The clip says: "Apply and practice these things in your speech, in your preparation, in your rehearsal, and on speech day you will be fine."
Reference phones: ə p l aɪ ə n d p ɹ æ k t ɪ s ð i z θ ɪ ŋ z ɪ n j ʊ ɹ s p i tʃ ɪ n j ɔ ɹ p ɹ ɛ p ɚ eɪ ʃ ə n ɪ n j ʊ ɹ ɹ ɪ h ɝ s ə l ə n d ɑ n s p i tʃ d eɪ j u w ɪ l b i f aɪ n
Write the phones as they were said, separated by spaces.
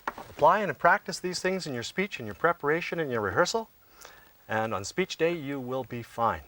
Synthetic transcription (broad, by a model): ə p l aɪ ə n p ɹ æ k t ɪ s ð i z θ ɪ ŋ z ɪ n j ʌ ɹ s p i tʃ ɪ n j ɔ ɹ p ɹ ɛ p ɚ eɪ ʃ ə n ɪ n j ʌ ɹ ɹ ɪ h ɝ s l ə n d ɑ n s p i tʃ d eɪ j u w ɪ l b i f aɪ n